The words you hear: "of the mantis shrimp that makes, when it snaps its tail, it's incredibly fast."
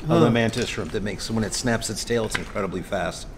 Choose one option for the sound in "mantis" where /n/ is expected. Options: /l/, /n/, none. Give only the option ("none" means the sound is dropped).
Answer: /n/